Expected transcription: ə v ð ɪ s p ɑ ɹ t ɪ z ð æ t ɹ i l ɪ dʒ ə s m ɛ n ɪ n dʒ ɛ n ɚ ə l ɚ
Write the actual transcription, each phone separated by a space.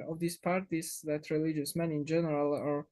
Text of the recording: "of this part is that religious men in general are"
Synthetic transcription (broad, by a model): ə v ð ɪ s p ɑ ɹ t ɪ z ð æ t ɹ i l ɪ dʒ ə s m ɛ n ɪ n dʒ ɛ n ɚ ə l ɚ